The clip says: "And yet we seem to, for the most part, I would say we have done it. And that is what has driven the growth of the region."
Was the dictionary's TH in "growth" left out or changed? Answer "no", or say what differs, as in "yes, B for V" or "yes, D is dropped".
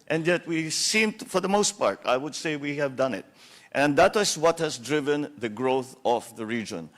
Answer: no